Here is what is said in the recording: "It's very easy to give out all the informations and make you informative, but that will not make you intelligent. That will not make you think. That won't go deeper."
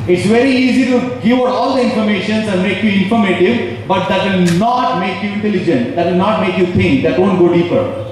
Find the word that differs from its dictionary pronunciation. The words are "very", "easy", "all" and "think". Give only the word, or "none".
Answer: think